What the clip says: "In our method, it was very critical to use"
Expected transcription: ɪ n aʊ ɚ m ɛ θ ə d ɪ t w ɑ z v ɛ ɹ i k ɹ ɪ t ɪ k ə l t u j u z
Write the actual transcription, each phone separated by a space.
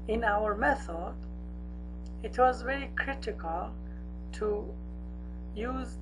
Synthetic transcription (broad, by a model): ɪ n aʊ ɚ m ɛ θ ə d ɪ t w ɑ z v ɛ ɹ i k ɹ ɪ t ɪ k ə l t u j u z